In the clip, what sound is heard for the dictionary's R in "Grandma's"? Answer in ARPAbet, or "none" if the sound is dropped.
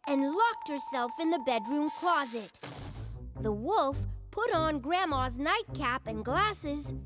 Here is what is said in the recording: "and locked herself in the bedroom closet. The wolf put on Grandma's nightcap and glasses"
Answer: R